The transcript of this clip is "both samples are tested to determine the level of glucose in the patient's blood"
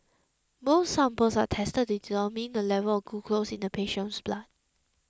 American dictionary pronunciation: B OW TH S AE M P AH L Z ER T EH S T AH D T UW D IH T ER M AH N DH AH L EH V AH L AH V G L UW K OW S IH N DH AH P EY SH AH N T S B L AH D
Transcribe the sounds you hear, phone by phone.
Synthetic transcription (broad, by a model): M OW S S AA M P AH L S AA T EH S T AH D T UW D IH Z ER M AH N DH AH L EH V AH L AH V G UW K OW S IH N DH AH P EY SH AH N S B L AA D